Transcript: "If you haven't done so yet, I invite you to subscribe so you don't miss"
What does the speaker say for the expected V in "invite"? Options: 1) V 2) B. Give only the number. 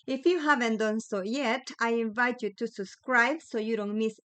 1